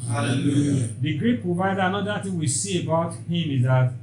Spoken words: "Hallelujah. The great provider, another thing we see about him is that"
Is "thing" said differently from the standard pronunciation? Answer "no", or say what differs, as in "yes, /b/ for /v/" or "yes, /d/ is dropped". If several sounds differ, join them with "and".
yes, /t/ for /θ/